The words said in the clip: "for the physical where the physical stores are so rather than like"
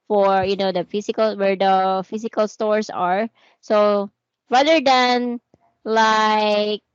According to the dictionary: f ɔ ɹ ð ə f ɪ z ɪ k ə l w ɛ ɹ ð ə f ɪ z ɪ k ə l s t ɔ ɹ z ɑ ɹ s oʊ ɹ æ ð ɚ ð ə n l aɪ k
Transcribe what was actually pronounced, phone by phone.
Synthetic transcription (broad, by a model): f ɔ ɹ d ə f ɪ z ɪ k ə l w ɛ ɹ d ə f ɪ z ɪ k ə l s t ɔ ɹ s ɑ ɹ s oʊ ɹ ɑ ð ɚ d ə n l aɪ k